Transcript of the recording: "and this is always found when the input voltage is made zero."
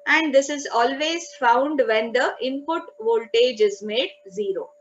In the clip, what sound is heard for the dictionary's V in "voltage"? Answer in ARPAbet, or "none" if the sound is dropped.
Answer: V